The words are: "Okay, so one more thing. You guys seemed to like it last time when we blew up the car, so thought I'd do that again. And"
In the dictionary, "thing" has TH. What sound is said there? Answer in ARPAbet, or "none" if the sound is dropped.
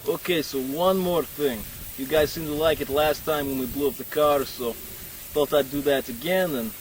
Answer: TH